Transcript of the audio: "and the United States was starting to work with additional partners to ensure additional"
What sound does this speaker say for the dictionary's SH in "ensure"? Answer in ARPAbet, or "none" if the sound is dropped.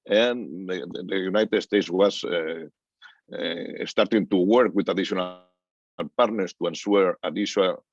S